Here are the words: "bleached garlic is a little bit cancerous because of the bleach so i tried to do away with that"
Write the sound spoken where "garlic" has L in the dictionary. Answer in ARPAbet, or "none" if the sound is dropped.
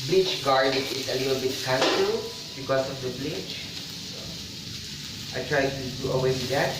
none